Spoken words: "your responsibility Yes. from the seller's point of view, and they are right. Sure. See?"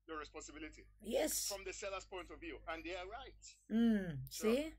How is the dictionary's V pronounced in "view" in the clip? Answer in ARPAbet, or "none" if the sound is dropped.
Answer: V